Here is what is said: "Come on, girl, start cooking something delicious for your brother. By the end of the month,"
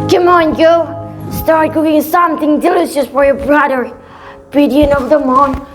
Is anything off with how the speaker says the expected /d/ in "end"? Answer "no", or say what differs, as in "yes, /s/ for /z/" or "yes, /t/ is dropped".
yes, /d/ is dropped